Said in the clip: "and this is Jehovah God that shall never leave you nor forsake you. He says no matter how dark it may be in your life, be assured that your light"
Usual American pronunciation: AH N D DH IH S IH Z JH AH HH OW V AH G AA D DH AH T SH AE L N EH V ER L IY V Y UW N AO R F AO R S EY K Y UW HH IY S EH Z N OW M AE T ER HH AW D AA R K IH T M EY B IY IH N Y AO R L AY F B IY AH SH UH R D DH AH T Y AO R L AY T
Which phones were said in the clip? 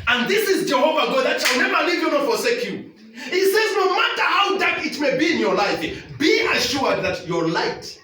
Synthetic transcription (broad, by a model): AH N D DH IH S IH Z JH AH HH OW V AH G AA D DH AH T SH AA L N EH V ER L IY V Y UW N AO F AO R S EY K Y UW HH IY S EH Z N OW M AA T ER HH AW D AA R K IH T M EY B IY IH N Y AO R L AY F B IY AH SH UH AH D DH AH T Y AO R L AY T